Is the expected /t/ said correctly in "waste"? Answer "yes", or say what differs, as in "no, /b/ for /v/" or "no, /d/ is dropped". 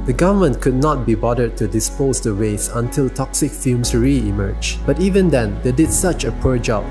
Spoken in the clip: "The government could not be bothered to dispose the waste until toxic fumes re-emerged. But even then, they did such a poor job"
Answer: no, /t/ is dropped